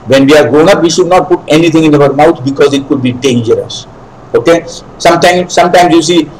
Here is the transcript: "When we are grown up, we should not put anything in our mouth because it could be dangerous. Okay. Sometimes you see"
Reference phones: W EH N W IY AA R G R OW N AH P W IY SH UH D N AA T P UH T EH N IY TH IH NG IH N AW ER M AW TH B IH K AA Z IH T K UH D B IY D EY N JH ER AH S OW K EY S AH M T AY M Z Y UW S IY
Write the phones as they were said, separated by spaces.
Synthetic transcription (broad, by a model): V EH N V IY AA R G R OW N AH P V IY SH UH D N AA T P UH T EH N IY T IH NG IH N AW ER M AW T B IH K AA Z IH T K UH D B IY D EY N JH ER AH S OW K EY S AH M T AY M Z Y UW S IY